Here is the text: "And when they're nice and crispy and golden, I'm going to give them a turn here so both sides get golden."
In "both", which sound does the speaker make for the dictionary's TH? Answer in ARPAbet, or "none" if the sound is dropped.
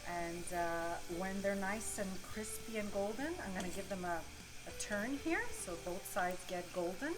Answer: TH